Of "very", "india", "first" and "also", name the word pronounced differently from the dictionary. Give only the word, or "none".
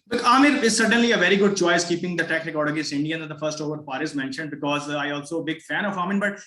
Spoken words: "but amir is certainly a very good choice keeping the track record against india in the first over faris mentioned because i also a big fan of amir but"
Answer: none